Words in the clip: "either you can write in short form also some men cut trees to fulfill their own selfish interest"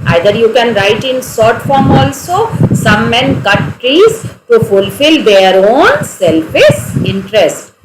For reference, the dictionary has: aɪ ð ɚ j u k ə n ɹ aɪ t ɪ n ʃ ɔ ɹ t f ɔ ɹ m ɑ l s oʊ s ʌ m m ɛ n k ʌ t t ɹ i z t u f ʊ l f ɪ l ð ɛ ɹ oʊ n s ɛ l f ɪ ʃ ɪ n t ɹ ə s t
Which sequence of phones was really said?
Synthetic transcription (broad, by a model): aɪ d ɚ j u k ə n ɹ aɪ t ɪ n s ɔ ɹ t f ɔ ɹ m ɑ l s oʊ s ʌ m m ɛ n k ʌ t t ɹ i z t u f ʊ l f ɪ l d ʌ ɹ oʊ n s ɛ l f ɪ s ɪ n t ɹ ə s t